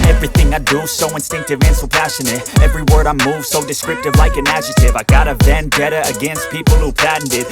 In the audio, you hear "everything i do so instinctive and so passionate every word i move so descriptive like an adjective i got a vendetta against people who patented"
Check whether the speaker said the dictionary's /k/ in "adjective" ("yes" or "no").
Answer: no